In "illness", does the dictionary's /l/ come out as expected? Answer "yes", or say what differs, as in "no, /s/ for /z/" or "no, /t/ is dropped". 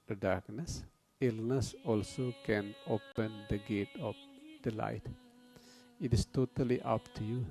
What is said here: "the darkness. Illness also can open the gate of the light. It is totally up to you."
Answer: yes